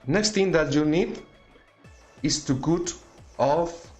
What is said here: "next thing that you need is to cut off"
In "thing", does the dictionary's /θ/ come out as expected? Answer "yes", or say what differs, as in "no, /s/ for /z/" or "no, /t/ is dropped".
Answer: no, /t/ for /θ/